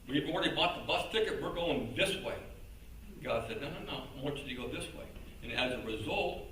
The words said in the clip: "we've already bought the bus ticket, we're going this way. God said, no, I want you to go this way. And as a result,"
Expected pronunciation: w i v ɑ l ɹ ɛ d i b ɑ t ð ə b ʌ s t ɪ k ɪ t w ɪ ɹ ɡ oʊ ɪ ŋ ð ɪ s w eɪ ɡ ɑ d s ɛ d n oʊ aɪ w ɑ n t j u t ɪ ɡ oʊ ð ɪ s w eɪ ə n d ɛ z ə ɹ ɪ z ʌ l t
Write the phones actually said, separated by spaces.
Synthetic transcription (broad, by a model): w i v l ɹ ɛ d i b ɑ t ð ə b ʌ s t ɪ k ɪ t w ɪ ɹ ɡ oʊ ɪ ŋ ð ɪ s w eɪ ɡ ɑ d s ɛ d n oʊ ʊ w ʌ t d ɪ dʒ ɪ ɡ oʊ ð ɪ s w eɪ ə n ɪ z ə ɹ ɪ z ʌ l t